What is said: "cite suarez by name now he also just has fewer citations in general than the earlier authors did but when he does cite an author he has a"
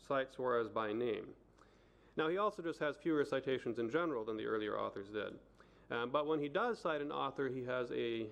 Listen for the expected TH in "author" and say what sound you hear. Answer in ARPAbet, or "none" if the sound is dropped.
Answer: TH